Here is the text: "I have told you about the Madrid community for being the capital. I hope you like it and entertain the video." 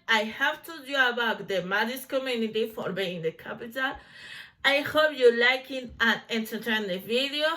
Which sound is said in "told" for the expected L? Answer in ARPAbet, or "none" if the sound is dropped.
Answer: none